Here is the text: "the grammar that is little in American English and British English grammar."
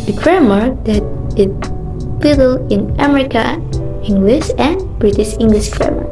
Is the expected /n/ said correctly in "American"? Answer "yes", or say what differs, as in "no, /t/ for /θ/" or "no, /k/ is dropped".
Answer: no, /n/ is dropped